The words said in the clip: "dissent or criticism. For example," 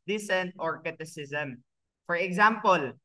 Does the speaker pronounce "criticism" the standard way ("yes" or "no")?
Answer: no